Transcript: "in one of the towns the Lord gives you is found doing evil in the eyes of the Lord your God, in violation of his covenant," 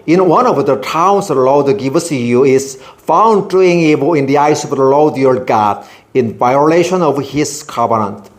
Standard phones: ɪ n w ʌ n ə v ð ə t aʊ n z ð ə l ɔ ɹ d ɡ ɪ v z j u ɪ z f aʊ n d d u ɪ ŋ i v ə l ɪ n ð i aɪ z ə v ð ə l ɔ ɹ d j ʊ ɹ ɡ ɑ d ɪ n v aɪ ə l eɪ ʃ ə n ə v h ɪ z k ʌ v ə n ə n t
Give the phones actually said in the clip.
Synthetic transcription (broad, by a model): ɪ n w ʌ n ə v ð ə t aʊ n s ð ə l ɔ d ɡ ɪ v s j u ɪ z f aʊ n d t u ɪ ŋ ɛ b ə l ɪ n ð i aɪ s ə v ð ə l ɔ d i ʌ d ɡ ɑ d ɪ n v aɪ ə l eɪ ʃ ə n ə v h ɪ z k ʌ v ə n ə n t